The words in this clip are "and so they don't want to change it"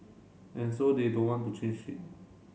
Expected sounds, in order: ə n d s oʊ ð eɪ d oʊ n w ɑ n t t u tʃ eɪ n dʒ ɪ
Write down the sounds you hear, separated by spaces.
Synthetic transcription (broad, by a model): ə n s oʊ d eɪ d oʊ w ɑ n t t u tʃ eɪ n ʃ ɪ